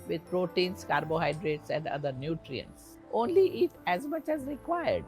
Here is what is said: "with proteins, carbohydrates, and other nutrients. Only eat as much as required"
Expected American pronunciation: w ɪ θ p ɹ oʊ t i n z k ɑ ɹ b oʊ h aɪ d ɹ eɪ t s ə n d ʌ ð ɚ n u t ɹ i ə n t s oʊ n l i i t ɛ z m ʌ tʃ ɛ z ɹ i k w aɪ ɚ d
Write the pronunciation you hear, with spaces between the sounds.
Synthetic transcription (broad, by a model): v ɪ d p ɹ oʊ t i n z k ɑ ɹ b oʊ h aɪ d ɹ eɪ t s ə n d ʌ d ɚ n u t ɹ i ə n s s oʊ n l i i t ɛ z m ʌ tʃ ɛ z ɹ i k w aɪ ɚ d